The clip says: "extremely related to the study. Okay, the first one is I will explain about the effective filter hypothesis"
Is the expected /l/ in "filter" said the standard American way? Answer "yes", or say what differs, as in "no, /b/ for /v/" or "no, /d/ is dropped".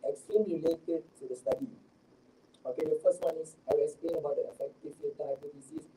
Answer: no, /l/ is dropped